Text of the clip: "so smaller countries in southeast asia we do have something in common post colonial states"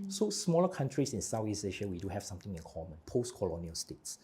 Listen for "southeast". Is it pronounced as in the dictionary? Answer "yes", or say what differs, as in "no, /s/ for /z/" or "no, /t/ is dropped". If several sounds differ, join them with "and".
no, /t/ is dropped